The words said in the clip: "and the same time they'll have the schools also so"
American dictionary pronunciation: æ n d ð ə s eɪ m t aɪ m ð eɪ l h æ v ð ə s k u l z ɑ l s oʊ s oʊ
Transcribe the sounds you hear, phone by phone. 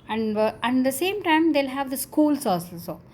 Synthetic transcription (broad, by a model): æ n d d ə s eɪ m t aɪ m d eɪ l h æ v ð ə s k u l s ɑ s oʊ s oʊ